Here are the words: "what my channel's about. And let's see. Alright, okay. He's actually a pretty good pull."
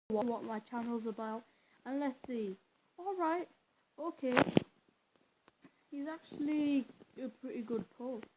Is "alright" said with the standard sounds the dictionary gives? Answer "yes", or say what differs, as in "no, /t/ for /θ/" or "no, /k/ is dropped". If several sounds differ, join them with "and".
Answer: yes